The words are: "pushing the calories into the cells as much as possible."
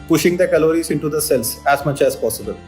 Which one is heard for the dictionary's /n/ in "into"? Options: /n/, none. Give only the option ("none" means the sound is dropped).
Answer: /n/